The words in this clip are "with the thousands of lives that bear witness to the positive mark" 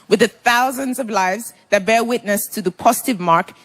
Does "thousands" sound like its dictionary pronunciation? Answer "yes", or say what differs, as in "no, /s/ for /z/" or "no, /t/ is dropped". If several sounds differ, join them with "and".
yes